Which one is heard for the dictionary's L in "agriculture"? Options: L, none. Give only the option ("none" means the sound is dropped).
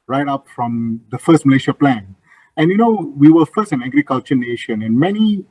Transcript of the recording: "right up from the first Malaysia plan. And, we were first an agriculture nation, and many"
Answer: L